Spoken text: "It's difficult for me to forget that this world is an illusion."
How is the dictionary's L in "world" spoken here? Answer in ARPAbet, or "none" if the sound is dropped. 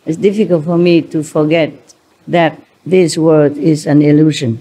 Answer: none